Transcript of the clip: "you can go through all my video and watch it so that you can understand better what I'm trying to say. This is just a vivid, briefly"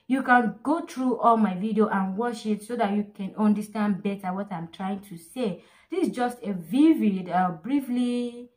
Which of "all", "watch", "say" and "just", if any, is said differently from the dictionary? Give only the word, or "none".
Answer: watch